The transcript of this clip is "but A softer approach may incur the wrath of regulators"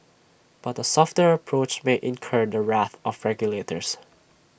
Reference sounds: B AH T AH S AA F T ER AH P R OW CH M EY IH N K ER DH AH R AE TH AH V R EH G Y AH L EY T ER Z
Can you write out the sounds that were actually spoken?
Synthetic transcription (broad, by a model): B AH T AH S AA F T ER AH P R OW CH M EY IH N K ER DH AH R AE TH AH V R EH G Y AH L EY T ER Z